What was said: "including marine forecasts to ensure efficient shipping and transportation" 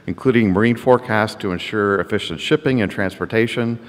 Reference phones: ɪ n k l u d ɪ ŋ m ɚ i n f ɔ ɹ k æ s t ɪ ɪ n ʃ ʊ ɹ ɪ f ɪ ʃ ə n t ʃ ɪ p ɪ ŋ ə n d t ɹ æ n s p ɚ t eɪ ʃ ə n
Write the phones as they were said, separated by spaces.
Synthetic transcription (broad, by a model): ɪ n k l u d ɪ ŋ m ɚ i n f ɔ ɹ k æ s t ɪ ɪ n ʃ ʊ ɹ ɪ f ɪ ʃ ə n t ʃ ɪ p ɪ ŋ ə n t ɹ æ n s p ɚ t eɪ ʃ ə n